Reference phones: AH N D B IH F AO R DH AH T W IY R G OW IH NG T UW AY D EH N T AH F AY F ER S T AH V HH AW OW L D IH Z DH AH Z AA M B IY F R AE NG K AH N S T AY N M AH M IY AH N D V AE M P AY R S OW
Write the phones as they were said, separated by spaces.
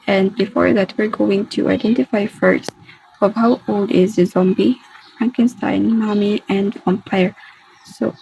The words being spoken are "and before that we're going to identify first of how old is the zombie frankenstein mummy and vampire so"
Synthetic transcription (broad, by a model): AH N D B IH F AO R DH AH T W IY R G OW IH NG T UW AY D EH N T AH F AY F ER S T AH V HH AW OW L D IH Z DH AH Z AA M B IY F R AE NG K AH N S T AY N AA M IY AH N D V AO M P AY R S OW